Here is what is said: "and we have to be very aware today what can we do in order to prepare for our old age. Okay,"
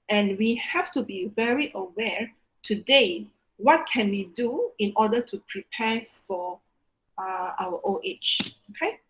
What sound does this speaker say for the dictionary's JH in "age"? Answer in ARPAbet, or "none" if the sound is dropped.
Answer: CH